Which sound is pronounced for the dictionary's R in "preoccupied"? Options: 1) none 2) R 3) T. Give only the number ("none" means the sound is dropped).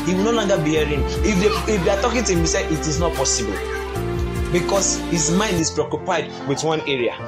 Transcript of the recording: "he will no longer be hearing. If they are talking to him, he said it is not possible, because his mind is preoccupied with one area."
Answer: 2